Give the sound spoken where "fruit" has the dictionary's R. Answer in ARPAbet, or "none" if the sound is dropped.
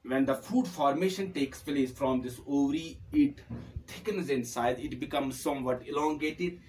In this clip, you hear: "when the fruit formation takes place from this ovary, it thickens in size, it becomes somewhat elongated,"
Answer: none